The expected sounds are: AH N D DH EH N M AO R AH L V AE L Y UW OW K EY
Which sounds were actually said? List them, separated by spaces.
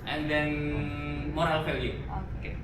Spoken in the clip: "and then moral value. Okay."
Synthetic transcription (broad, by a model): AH N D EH N M AO R AH L F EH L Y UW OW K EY